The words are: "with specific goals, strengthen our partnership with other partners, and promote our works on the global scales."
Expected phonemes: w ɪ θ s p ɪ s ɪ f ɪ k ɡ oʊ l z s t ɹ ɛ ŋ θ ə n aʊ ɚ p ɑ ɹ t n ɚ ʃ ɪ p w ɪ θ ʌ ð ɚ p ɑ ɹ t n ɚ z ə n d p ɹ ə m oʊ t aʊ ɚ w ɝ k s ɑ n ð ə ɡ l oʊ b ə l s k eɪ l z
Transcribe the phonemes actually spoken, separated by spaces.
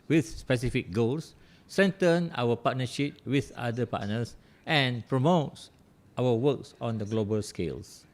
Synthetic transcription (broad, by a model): w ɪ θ s p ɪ s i f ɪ k ɡ oʊ l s s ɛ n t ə n aʊ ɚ p ɑ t n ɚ ʃ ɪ p w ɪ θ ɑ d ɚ p ɑ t n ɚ s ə n p ɹ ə m oʊ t aʊ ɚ w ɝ k s ɑ n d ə ɡ l oʊ b ə l s k eɪ l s